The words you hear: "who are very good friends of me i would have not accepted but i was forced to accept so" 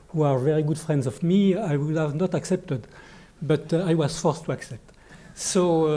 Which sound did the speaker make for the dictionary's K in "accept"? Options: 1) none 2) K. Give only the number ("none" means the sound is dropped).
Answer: 2